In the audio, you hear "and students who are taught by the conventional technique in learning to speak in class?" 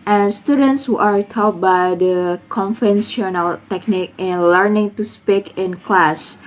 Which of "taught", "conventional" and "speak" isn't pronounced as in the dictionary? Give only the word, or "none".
conventional